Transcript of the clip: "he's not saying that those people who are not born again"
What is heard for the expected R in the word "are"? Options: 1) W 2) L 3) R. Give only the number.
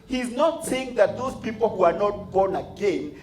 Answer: 3